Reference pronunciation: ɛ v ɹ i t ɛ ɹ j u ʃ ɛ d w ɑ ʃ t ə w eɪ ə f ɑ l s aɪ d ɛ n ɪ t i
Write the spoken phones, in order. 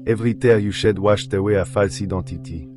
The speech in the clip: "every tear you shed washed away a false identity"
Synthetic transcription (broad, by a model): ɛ v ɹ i t ɛ ɹ j u ʃ ɛ d w ɑ ʃ t ə w eɪ ə f ɑ l s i d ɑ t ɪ t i